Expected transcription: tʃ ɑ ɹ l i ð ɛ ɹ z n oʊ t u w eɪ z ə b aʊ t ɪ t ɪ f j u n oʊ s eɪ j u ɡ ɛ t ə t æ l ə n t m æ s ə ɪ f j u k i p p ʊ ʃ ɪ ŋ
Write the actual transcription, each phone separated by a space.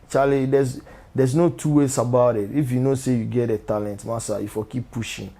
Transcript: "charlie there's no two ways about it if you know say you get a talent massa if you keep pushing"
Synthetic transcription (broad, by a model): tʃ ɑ l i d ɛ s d n oʊ t u w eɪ s ə b aʊ t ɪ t ɪ f j u n oʊ s eɪ j u ɡ ɛ t ə t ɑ l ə n t m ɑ s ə ɪ f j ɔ k i p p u ʃ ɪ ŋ